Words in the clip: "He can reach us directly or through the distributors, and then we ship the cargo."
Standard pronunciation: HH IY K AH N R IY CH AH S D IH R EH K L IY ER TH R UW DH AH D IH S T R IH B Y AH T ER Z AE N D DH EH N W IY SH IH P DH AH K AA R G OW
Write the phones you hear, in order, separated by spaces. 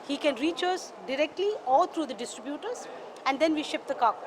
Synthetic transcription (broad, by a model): HH IY K AH N R IY CH AH S D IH R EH K L IY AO T R UW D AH D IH S T R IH B Y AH T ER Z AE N D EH N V IY SH IH P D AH K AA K